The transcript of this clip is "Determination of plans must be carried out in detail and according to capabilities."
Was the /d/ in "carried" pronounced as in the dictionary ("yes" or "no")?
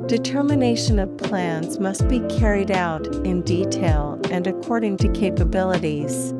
yes